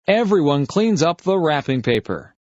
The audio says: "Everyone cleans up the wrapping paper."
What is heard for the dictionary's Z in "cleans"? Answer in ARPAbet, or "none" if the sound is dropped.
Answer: Z